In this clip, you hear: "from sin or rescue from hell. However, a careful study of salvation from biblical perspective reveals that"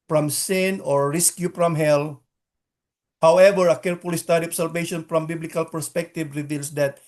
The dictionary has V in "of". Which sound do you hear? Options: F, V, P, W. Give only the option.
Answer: P